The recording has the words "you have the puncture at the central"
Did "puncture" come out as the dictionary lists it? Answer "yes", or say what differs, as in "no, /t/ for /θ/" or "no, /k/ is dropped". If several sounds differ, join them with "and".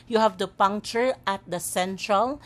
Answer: yes